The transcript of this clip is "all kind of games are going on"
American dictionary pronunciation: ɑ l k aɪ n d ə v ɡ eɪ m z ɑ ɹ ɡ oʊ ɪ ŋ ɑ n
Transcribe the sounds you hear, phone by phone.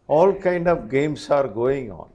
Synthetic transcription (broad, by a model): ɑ l k aɪ n d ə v ɡ eɪ m s ɑ ɹ ɡ oʊ ɪ ŋ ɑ n